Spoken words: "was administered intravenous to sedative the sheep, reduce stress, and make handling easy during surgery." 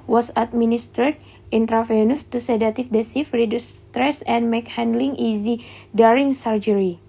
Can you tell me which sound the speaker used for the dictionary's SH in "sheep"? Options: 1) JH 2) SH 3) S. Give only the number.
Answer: 3